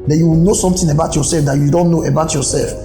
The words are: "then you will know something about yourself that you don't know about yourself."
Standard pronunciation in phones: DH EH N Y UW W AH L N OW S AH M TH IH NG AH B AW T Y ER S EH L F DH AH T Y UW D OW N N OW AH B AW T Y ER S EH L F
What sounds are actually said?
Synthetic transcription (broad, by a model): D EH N Y UW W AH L N OW S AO M T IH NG AH B AW T Y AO S EH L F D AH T Y UW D OW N N OW AH B AW T Y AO S EH L F